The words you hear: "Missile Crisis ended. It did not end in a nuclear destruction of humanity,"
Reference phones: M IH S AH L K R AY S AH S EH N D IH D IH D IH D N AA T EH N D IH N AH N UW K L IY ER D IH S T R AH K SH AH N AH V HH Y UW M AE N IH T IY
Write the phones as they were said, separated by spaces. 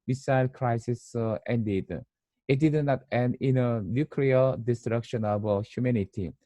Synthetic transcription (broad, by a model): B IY S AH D K R AY S AH S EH N D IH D IH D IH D N AA T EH N IH N AH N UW K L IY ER D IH S T R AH K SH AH N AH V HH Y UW M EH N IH T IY